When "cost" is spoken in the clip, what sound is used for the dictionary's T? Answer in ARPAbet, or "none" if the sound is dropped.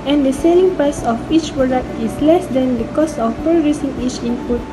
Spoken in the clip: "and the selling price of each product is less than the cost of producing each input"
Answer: none